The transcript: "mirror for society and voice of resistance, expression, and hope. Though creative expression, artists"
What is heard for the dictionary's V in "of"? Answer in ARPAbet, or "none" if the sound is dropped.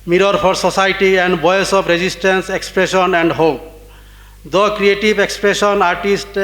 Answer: P